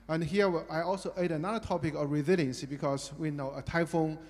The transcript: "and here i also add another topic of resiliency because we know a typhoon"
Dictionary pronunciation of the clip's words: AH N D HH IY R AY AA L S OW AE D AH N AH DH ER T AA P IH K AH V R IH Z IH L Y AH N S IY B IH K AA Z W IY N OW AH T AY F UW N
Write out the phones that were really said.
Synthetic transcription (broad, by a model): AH N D HH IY W AY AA L S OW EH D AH N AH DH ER T AA P IH K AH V R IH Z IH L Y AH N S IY B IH K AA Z W IY N OW AH T AY F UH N